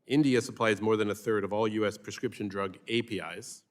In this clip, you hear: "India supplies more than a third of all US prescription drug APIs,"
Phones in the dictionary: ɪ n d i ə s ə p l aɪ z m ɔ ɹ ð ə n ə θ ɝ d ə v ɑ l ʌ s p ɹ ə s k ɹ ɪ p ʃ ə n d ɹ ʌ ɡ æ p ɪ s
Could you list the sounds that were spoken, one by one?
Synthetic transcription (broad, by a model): ɪ n d i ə s ə p l aɪ z m ɔ ɹ ð ə n ə θ ɝ d ə v ɑ l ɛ s p ɹ ə s k ɹ ɪ p ʃ ə n d ɹ ʌ ɡ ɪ p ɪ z